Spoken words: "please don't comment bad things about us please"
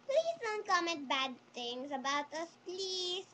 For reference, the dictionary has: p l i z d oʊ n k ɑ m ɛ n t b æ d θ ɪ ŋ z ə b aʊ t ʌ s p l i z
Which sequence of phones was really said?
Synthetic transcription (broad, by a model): p l i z d oʊ n k ɑ m ɛ n t b æ d t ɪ ŋ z ə b aʊ t ʌ s p l i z